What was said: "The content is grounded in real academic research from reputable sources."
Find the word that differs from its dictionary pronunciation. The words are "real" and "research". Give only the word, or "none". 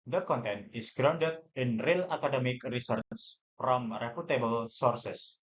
research